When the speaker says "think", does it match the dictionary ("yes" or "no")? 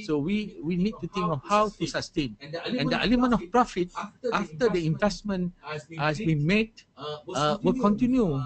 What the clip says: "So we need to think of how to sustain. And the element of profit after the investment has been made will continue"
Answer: no